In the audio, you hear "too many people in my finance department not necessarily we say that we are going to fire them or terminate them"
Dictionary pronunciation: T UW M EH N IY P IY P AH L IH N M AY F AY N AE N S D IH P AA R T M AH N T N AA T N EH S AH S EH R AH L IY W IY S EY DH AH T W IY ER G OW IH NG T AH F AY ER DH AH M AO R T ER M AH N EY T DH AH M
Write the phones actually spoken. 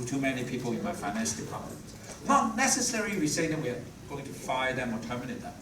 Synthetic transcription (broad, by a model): T UW M EH N IY P IY P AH L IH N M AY F AY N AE N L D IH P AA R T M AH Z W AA N EH S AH S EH R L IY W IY S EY DH AH T W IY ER G OW IH NG T AH F AY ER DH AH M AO L T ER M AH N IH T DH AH